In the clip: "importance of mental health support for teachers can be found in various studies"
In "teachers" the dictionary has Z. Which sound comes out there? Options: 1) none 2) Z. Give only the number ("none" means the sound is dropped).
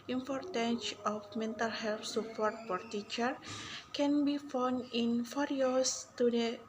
1